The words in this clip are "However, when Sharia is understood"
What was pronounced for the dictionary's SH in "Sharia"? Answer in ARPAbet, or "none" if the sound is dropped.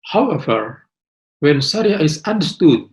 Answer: S